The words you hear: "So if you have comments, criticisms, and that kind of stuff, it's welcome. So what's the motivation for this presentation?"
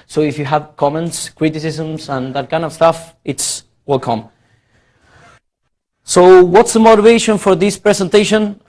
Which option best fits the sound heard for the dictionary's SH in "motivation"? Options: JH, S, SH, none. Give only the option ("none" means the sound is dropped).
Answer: SH